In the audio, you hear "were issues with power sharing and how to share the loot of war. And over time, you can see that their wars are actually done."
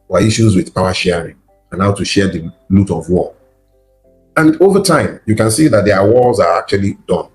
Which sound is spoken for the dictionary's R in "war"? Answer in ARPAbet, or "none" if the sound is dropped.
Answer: L